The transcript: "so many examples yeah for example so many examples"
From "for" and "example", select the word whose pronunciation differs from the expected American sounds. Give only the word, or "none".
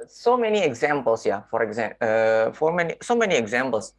example